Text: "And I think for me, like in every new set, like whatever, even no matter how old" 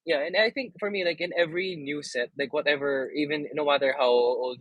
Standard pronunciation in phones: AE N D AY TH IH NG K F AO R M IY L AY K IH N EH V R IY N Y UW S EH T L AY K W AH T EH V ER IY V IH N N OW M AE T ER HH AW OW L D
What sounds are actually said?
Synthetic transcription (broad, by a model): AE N AY TH IH NG K F AO R M IY L AY K IH N EH V R IY N Y UW S EH T L AY K W AH T EH V ER IY V IH N N OW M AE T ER HH AW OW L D